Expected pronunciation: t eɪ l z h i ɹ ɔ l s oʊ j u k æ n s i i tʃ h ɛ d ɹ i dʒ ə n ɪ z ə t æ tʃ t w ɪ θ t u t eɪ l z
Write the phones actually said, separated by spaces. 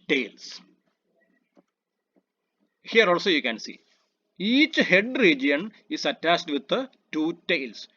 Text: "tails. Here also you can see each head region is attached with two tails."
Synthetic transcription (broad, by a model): t eɪ l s h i ɹ ɔ l s oʊ j u k æ n s i i tʃ h ɛ d ɹ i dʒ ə n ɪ s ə t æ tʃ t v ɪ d t u t eɪ l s